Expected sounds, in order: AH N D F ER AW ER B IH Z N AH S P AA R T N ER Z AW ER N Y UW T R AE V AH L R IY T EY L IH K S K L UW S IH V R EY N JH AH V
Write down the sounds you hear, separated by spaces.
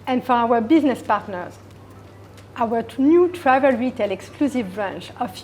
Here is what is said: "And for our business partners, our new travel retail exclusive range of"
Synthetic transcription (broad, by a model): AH N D F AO AW ER B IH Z N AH S P AA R T N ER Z AW ER N Y UW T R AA V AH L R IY T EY L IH K S K L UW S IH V R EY N CH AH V